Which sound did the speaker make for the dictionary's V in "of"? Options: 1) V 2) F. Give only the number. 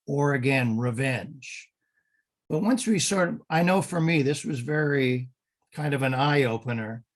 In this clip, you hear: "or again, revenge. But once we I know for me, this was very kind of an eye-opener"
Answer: 1